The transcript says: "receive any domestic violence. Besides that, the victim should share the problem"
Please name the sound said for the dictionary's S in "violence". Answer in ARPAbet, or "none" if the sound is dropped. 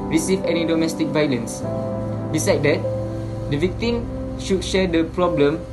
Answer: S